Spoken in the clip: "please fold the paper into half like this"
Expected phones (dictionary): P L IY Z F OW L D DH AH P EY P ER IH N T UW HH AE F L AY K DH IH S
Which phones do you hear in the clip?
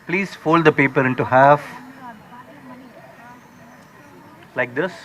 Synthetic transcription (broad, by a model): P L IY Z F OW L D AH P EY P ER IH N T UW HH AE F L AY K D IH S